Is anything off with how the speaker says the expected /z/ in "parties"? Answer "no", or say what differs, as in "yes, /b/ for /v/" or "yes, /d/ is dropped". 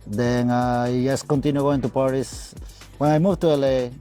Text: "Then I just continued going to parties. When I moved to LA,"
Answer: yes, /s/ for /z/